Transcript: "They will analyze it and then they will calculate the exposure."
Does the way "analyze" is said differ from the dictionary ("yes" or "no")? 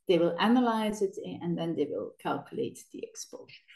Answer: no